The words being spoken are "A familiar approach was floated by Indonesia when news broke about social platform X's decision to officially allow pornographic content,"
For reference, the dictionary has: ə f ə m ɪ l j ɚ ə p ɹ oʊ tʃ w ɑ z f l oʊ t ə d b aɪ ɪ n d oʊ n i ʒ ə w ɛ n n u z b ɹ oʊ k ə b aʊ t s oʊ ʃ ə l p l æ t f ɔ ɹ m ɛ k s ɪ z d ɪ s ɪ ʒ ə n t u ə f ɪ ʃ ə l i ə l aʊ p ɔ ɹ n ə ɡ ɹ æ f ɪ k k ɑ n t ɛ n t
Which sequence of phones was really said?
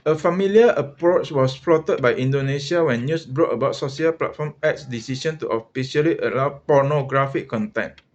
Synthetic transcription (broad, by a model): ə f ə m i l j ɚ ə p ɹ oʊ tʃ w ɑ s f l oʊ t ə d b aɪ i n d oʊ n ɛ s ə w ɛ n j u s b ɹ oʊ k ə b aʊ t s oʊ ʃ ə l p l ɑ t f ɔ m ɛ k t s d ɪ s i ʃ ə n t u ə f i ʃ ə l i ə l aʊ p ɔ n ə ɡ ɹ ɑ f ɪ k k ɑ n t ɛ n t